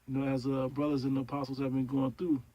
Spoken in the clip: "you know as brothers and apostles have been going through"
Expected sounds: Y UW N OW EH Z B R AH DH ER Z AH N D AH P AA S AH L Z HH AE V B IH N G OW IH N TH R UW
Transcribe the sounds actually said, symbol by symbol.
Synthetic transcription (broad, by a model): Y N OW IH Z B R AH DH ER Z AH N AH P AA S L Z HH AE V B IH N G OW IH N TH R UW